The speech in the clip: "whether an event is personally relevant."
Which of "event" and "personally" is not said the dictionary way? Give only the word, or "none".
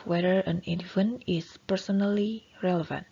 event